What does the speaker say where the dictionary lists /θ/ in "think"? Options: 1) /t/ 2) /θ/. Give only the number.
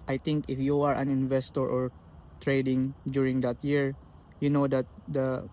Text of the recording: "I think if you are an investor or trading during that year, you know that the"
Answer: 1